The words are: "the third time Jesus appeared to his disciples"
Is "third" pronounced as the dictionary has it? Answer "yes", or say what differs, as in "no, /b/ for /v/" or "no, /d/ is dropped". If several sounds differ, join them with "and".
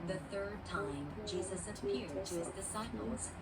yes